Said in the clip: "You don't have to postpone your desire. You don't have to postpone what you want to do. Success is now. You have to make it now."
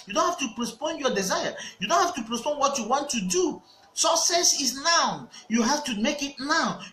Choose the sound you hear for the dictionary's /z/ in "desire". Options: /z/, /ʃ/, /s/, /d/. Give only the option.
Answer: /z/